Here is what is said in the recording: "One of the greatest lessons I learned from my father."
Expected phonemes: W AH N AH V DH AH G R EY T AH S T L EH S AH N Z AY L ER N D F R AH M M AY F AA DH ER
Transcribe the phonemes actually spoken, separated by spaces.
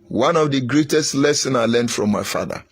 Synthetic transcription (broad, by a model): W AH N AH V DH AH G R EY T AH S T L EH S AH N AY L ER N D F R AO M M AY F AA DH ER